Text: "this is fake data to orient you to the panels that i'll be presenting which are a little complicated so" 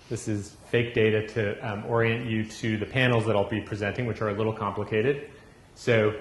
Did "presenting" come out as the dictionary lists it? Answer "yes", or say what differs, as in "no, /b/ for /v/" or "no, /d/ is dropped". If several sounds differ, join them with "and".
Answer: yes